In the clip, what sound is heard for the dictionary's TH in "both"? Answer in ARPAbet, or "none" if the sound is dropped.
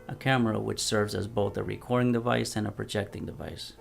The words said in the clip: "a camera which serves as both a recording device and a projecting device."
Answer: TH